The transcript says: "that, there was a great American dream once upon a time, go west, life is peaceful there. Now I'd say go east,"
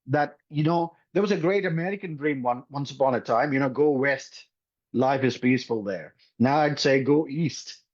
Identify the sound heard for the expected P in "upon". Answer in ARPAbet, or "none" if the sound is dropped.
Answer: P